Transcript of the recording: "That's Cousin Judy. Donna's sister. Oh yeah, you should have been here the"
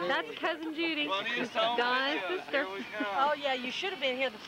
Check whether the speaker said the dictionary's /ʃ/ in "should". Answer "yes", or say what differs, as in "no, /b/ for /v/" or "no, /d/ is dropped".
yes